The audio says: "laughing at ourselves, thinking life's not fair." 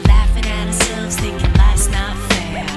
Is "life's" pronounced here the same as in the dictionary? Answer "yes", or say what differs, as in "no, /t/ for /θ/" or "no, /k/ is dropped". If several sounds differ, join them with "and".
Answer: no, /f/ is dropped